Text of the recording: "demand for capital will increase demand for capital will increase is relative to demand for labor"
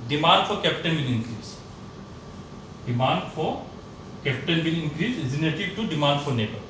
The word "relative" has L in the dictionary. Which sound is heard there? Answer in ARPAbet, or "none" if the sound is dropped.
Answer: N